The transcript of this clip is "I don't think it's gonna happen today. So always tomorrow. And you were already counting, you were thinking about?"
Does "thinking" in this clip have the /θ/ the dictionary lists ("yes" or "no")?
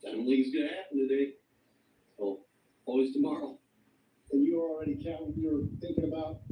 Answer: yes